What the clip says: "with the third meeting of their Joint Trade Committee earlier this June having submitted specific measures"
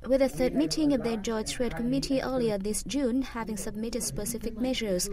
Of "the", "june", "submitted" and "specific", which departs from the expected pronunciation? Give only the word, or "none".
none